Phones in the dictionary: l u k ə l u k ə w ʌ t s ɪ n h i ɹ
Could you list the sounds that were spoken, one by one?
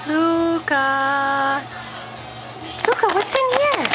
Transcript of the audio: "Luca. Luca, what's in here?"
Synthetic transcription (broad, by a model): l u k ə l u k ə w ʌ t ɪ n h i